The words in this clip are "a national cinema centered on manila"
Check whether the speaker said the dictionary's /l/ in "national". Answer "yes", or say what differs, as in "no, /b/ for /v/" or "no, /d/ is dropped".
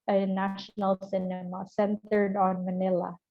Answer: yes